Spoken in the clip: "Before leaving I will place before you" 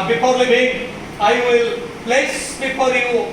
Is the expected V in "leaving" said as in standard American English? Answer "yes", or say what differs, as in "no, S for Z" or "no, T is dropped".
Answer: no, B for V